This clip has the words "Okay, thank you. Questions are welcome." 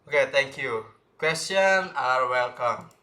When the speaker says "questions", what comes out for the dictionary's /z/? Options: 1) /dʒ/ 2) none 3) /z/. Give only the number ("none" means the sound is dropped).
2